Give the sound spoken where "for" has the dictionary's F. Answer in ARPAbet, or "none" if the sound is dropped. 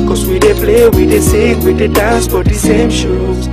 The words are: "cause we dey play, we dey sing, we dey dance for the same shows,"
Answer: P